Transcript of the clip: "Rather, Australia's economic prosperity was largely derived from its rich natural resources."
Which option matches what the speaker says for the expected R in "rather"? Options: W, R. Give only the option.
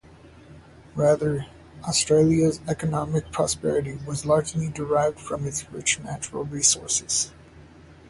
R